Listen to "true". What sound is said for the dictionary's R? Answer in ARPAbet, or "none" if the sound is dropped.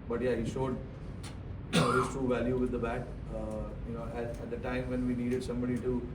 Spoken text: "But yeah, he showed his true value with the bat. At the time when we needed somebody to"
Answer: none